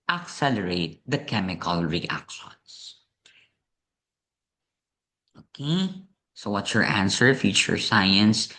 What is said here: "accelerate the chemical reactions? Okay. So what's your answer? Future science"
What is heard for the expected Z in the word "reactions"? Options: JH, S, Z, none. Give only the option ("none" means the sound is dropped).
S